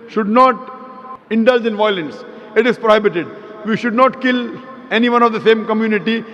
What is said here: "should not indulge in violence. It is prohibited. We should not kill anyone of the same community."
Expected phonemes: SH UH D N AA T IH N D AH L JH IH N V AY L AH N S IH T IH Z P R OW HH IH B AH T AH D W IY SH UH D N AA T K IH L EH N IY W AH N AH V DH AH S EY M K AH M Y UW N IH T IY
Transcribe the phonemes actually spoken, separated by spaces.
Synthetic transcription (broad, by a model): SH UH D N AA T IH N D AH L JH IH N V AY L AH N S IH T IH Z P R OW HH IH B AH T AH D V IY SH UH D N AA T K IH L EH N IY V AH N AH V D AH S EY M K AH M Y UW N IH T IY